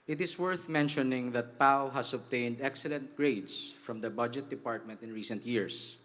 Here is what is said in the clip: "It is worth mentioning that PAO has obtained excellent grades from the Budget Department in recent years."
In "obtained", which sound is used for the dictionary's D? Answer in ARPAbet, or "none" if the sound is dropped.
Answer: D